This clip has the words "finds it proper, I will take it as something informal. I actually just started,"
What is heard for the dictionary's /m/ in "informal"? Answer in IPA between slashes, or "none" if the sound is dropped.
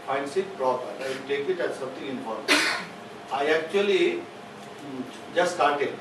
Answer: none